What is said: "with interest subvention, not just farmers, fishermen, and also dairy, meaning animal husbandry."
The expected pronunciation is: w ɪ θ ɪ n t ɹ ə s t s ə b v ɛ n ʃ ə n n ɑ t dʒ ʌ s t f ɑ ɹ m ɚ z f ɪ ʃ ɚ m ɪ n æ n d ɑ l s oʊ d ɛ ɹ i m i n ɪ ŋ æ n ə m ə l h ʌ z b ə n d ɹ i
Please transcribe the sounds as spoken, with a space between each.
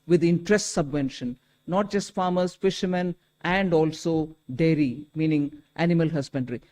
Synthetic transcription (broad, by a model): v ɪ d ɪ n t ɹ ə s t s ə b v ɛ n ʃ ə n n ɑ t dʒ ʌ s t f ɑ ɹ m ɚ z f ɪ ʃ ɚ m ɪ n æ n d ɑ l s oʊ d ɛ ɹ i m i n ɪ ŋ æ n ə m ə l h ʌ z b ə n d ɹ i